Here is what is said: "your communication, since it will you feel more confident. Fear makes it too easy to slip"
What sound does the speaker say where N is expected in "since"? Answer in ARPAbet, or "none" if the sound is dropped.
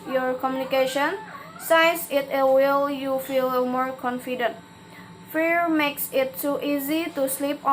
none